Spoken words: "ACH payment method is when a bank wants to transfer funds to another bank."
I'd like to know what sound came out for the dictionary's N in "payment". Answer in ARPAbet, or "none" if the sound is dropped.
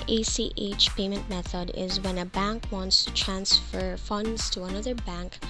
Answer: N